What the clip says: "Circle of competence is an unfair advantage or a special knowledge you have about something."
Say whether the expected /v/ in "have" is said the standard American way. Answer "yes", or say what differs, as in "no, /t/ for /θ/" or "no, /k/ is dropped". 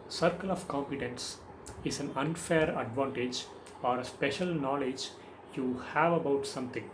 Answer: yes